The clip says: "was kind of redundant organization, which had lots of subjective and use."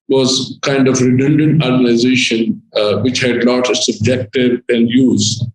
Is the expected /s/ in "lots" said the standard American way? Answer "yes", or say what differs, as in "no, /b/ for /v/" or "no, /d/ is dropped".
no, /s/ is dropped